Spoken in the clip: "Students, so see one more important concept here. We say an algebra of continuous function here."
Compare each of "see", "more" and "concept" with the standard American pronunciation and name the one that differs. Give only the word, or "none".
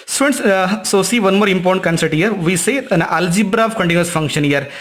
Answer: concept